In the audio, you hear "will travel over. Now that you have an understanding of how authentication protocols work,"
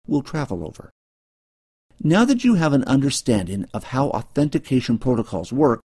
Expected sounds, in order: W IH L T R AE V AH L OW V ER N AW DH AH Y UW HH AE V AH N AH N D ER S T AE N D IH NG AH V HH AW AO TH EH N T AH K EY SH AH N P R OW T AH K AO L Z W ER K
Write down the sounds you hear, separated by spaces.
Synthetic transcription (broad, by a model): W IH L T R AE V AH L OW V ER N AW DH AH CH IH V AH N AH N D ER S T AE N D IH NG AH V HH AW AO TH EH N T AH K EY SH AH N P R OW T AH K AO L Z W ER K